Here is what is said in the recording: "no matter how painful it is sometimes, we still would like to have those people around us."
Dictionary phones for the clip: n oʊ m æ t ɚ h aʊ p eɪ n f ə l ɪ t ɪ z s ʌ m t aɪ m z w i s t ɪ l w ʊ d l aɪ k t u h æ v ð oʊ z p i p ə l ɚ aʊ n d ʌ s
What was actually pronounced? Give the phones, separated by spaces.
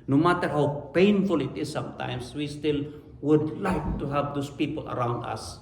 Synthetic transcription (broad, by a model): n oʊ m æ t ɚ h aʊ p eɪ n f ə l ɪ t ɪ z s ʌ m t aɪ m s w i s t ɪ l w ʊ d l aɪ k t u h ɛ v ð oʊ s p i p ə l ɚ aʊ n d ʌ s